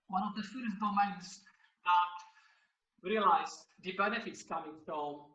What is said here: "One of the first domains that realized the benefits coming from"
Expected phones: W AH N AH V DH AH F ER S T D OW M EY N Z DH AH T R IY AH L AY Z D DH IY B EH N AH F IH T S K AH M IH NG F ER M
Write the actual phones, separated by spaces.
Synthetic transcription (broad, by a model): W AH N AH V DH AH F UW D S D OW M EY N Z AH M R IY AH L AY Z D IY B EH N AH F IH T S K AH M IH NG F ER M